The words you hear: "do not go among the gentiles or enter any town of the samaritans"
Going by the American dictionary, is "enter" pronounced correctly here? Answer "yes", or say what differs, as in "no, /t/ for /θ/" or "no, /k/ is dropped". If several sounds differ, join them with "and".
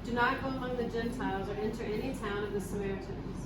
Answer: yes